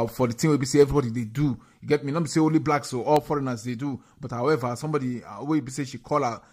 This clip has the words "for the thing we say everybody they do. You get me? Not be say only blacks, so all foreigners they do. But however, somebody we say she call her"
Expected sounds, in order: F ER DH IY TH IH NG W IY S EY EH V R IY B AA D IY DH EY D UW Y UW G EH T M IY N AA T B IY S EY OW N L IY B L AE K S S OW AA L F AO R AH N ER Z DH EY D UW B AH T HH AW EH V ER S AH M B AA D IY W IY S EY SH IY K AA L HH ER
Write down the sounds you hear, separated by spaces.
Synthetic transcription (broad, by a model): F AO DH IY T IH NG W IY S EY EH V R IY B AA D IY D EY D UW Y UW G EH T M IY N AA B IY S EY OW N L IY B L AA K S S OW AA L F AO R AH N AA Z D EY D UW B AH T HH AW EH V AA S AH M B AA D IY W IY S EY SH IY K AA L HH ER